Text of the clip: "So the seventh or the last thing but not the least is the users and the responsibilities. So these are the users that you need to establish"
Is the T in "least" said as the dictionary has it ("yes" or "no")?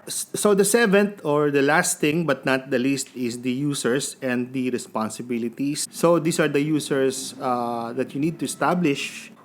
yes